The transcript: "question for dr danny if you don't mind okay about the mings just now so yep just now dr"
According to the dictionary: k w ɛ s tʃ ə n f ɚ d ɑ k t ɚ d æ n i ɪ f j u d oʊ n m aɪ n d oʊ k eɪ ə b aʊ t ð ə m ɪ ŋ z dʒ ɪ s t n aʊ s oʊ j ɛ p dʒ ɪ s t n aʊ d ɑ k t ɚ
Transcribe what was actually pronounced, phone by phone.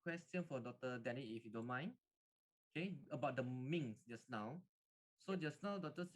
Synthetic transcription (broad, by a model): k w ɛ s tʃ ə n f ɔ d ɑ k t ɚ d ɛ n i ɪ f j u d oʊ n m aɪ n oʊ k eɪ ə b aʊ t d ə m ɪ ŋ s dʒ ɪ s n aʊ s oʊ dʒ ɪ s n aʊ d ɑ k t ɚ